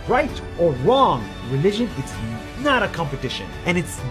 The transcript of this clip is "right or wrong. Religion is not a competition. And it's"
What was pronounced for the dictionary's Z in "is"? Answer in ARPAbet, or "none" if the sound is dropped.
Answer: S